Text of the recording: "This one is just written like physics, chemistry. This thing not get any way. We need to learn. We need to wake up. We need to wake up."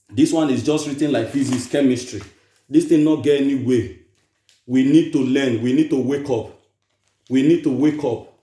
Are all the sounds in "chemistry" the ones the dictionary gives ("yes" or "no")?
yes